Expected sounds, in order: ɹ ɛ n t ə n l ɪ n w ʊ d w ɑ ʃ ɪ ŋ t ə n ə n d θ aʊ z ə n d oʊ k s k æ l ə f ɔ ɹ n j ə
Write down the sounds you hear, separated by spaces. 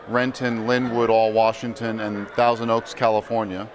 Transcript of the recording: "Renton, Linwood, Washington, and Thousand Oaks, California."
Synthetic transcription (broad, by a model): ɹ ɛ n t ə n l ɪ n w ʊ d w ɑ ʃ ɪ ŋ t ə n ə n θ aʊ z ə n d oʊ k s k æ l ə f ɔ ɹ n j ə